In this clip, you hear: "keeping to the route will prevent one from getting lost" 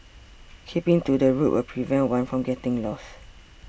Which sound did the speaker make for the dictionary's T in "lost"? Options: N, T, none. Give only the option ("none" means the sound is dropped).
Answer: none